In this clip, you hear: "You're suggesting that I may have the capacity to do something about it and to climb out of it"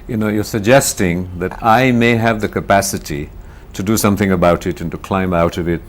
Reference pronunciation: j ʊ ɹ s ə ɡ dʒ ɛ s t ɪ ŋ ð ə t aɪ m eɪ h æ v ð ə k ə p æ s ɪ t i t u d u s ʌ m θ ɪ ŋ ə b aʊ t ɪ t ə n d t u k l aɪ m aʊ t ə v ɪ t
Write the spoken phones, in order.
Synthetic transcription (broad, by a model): j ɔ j s ə ɡ dʒ ɛ s t ɪ ŋ ð ə t aɪ m eɪ h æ v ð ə k ə p æ s ɪ t i t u d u s ʌ m θ ɪ ŋ ə b aʊ t ɪ t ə n t u k l aɪ m aʊ t ə v ɪ t